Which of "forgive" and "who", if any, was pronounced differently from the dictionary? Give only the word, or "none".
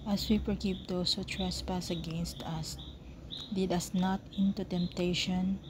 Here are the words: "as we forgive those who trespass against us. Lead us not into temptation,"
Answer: forgive